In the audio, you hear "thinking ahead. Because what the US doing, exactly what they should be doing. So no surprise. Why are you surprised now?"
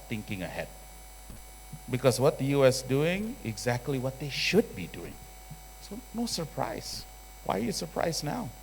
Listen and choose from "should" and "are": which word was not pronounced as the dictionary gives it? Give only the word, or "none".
none